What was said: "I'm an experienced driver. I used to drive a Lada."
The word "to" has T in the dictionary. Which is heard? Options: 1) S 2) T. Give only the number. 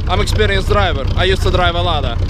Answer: 2